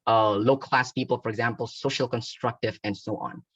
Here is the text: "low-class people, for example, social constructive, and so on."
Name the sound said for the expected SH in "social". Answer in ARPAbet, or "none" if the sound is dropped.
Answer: SH